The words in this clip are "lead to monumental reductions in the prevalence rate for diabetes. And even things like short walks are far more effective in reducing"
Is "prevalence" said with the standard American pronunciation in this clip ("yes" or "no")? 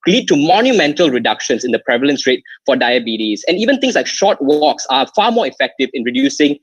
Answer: yes